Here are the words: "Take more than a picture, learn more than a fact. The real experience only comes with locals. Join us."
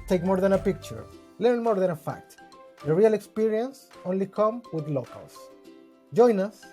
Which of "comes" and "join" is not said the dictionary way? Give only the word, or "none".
comes